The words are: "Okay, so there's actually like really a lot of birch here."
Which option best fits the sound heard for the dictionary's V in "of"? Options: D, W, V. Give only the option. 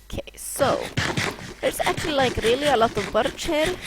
V